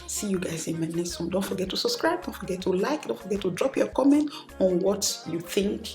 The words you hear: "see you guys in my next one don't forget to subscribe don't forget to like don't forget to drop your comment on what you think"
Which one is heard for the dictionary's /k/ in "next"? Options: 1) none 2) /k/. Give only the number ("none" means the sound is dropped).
1